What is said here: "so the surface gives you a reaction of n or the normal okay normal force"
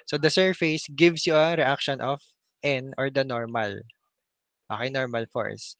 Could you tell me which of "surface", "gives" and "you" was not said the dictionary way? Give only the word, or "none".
gives